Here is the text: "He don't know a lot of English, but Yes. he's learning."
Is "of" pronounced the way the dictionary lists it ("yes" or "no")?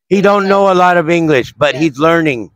yes